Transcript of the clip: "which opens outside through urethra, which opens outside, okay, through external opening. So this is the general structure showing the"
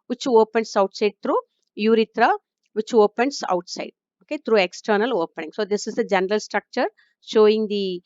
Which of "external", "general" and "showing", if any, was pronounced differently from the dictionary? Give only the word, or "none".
none